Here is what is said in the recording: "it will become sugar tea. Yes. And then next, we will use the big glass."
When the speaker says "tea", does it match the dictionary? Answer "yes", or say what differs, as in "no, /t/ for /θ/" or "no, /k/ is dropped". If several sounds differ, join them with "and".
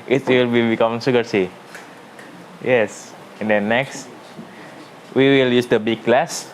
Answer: no, /s/ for /t/